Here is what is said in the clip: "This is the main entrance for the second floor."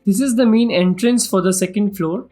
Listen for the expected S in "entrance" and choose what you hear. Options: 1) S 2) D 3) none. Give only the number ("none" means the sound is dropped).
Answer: 1